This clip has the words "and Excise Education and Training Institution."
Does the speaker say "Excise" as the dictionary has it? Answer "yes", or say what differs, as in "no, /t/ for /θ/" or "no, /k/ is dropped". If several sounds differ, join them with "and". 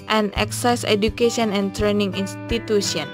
yes